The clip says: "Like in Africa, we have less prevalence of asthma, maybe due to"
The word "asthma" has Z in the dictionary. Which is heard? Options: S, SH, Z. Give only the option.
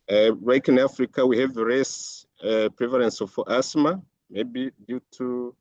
S